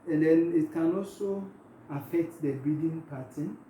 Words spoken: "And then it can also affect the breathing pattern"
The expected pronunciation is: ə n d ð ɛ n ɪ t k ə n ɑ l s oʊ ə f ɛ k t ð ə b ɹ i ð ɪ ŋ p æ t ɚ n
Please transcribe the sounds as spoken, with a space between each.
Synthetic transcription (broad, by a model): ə n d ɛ n ɪ t k ə n ɑ l s oʊ ə f ɛ k t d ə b i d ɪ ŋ p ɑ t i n